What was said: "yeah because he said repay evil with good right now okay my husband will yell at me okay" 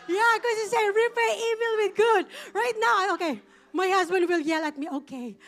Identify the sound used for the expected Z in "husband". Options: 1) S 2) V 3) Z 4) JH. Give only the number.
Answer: 3